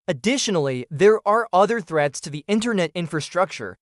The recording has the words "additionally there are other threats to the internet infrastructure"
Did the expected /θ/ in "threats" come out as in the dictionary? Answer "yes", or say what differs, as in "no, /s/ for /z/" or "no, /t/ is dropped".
yes